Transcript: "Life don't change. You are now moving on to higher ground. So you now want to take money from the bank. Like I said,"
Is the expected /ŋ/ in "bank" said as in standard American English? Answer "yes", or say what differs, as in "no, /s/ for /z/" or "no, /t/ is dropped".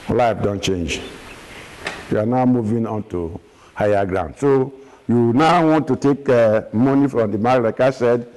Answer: no, /ŋ/ is dropped